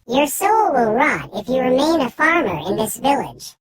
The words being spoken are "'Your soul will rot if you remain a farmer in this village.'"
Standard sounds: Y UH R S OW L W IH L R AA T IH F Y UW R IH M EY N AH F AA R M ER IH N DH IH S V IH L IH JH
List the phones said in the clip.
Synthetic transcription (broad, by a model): Y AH R S OW L W IH L R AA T IH F Y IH R IH M EY N AH F AA R M ER IH N DH IH S V IH L IH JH